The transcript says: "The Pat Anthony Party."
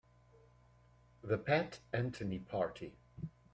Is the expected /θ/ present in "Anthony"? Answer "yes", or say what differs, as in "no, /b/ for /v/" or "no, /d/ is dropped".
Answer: no, /t/ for /θ/